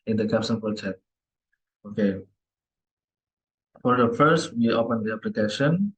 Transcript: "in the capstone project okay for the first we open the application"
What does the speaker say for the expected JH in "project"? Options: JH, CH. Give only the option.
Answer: CH